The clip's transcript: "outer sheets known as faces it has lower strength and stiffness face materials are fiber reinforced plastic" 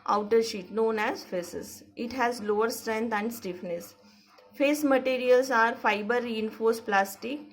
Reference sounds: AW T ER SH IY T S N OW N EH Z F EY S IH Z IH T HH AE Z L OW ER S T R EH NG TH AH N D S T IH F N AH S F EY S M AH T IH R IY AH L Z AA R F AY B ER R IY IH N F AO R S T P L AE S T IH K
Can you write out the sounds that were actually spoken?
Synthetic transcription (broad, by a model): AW T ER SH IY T N OW N EH Z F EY S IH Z IH T HH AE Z L OW ER S T R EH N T AH N D S T IH F N AH S F EY S M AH T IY R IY AH L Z AA R F AY B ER R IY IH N F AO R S P L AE S T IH K